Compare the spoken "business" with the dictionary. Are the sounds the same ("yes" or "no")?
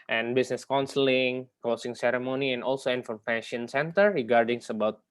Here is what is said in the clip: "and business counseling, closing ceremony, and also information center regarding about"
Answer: no